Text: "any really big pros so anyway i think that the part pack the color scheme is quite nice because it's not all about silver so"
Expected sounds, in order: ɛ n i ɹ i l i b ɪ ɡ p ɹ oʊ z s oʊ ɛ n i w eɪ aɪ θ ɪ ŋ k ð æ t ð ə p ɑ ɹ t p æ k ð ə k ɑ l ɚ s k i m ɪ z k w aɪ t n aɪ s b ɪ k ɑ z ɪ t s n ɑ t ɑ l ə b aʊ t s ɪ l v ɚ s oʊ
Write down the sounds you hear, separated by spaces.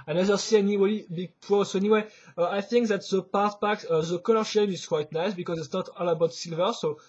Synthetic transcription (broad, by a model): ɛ n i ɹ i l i b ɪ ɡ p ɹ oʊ s oʊ ɛ n i w eɪ aɪ θ ɪ ŋ k ð æ t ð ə p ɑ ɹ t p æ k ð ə k ɑ l ɚ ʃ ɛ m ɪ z k w aɪ t n aɪ s b ɪ k ɑ z ɪ t s n ɑ t ɑ l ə b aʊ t s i l v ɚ s oʊ